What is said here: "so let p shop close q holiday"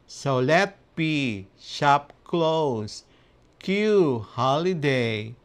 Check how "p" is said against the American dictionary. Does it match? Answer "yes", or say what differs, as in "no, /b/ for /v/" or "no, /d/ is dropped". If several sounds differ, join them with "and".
no, /b/ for /p/